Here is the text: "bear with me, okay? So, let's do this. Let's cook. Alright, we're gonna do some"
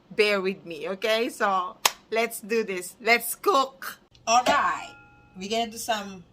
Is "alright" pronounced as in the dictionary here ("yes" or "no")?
yes